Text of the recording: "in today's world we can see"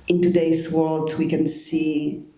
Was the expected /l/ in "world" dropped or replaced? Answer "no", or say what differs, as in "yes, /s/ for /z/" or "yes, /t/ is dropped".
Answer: no